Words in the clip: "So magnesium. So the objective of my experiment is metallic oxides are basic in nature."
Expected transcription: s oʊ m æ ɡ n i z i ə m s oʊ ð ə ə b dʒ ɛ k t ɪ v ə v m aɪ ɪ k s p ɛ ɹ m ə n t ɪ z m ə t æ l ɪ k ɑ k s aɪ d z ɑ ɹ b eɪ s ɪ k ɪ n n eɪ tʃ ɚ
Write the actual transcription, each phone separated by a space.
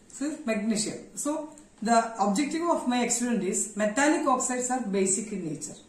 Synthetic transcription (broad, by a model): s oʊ m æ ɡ n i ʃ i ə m s oʊ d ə ə b dʒ ɛ k t ɪ v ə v m aɪ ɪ k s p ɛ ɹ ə n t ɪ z m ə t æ n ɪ k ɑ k s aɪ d s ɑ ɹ b eɪ s ɪ k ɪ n n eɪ tʃ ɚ